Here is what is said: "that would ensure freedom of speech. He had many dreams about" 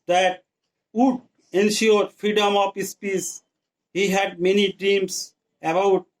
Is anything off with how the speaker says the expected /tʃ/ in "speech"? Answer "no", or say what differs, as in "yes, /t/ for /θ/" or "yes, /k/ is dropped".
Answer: yes, /s/ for /tʃ/